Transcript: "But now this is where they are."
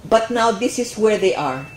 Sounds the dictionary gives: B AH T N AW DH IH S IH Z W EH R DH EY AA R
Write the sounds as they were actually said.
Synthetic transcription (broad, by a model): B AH T N AW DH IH S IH S W EH R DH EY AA R